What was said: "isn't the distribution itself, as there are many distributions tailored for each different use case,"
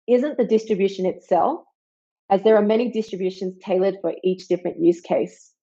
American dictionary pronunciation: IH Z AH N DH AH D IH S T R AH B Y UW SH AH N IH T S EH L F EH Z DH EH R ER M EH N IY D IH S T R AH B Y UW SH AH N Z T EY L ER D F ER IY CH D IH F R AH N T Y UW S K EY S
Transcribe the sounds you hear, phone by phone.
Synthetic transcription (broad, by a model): IH Z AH N DH AH D IH S T R AH B Y UW SH AH N IH T S EH L F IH Z DH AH R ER M EH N IY D IH S T R AH B Y UW SH AH N Z T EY L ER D F ER IY CH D IH F R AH N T Y UW S K EY S